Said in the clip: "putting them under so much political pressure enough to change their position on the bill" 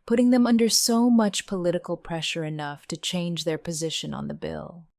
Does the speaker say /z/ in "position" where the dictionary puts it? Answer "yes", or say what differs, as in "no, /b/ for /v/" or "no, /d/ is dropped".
yes